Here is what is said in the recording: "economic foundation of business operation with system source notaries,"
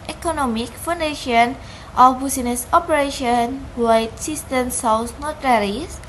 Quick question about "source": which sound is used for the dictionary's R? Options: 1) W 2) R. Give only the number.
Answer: 1